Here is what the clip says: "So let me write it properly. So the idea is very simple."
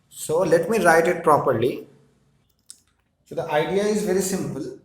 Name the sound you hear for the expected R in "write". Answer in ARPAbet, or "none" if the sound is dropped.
R